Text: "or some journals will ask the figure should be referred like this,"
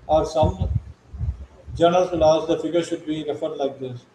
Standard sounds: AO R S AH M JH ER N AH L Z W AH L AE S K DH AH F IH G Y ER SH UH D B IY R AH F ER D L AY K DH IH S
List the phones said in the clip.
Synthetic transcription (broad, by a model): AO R S AH M JH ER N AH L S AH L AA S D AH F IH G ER SH UH D B IY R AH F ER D L AY K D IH S